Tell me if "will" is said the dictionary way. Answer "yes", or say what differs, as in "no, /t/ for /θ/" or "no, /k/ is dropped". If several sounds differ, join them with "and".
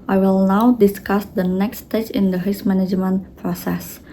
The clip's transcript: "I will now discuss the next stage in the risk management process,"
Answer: yes